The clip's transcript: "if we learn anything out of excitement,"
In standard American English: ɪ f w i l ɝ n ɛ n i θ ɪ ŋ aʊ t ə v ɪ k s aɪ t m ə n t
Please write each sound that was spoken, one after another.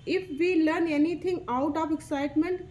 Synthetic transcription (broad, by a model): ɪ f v i l ɝ n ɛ n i t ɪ ŋ aʊ t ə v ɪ k s aɪ t m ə n t